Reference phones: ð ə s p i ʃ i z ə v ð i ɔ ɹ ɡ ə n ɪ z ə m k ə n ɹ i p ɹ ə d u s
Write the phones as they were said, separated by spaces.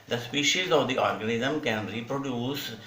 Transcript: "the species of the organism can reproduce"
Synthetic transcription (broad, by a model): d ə s p i ʃ i z ə v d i ɔ ɹ ɡ ə n ɪ z ə m k ə n ɹ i p ɹ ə d u s